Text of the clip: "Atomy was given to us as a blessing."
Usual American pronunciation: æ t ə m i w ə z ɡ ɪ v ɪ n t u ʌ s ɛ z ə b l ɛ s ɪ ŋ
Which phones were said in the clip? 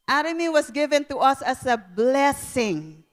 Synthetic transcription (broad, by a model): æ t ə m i w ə s ɡ ɪ v ɪ n t u ʌ s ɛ s ə b l ɛ s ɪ ŋ